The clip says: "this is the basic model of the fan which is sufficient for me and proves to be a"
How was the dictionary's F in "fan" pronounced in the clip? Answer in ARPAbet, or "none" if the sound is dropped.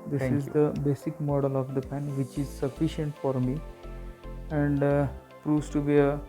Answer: P